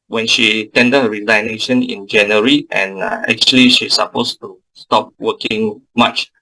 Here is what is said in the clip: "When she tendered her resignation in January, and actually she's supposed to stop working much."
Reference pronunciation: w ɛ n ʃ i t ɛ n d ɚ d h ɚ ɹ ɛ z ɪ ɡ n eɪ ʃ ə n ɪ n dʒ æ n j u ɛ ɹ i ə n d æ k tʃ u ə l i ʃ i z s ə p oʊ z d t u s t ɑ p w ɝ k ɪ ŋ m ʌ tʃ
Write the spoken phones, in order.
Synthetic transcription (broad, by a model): w ɛ n ʃ i t ɛ n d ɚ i l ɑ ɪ n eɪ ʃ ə n ɪ n dʒ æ n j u ɹ i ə n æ k tʃ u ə l i ʃ i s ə p oʊ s t u s t ɑ p w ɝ k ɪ ŋ m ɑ tʃ